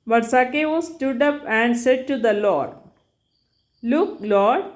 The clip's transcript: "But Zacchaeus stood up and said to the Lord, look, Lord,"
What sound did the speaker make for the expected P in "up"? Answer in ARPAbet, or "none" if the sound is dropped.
P